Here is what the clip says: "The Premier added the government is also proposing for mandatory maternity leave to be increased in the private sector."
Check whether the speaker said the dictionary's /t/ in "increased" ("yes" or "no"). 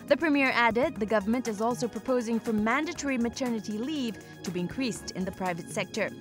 yes